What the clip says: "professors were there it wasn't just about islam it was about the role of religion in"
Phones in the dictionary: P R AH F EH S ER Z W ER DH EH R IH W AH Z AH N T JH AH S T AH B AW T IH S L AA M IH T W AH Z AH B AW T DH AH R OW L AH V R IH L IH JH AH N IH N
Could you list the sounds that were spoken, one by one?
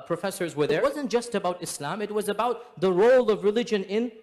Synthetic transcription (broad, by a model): P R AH F EH S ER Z W ER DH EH IH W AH Z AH N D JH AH S T AH B AW T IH S L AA M IH T W AH Z AH B AW T DH AH R OW L AH V R IH L IH JH AH N IH N